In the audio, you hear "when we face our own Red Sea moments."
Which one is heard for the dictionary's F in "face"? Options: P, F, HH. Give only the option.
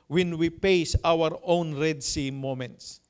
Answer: P